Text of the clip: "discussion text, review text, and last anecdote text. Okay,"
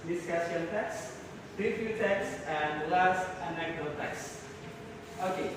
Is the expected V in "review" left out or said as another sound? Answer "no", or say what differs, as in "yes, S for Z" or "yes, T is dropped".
yes, F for V